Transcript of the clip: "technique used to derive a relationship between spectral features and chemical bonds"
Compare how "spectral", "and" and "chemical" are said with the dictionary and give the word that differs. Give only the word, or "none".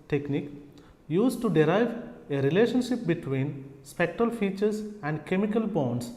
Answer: none